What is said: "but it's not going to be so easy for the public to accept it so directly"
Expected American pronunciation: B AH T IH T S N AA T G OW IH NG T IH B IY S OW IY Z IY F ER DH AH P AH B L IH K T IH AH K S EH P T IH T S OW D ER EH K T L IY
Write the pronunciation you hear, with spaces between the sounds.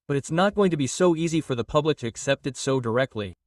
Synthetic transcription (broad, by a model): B AH T IH T S N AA T G OW IH NG T IH B IY S OW IY Z IY F ER DH AH P AH B L IH K T IH AH K S EH P T IH T S OW D ER EH K T L IY